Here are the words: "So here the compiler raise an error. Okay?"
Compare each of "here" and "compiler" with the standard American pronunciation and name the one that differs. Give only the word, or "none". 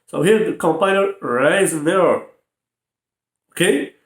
compiler